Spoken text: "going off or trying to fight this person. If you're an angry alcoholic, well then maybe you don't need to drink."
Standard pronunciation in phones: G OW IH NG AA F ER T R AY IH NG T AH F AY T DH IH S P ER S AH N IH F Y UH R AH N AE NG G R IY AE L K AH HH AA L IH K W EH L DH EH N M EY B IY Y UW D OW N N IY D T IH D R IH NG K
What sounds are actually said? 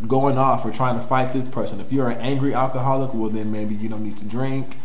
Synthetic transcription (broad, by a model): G OW IH NG AA F ER T R AY IH NG T AH F AY T DH IH S P ER S AH N IH F Y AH R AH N AE NG G R IY AE L K AH HH AA L IH K W EH L DH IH N M EY B IY Y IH D OW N N IY D T IH D R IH NG K